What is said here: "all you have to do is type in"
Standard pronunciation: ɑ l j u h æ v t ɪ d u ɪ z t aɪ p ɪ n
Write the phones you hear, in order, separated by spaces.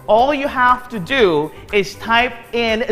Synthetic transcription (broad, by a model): ɑ l j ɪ h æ f t ɪ d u ɪ z t aɪ p ɪ n